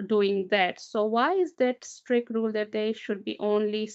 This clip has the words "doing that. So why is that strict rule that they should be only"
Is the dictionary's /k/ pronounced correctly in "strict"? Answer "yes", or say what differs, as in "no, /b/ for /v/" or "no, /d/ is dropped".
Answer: yes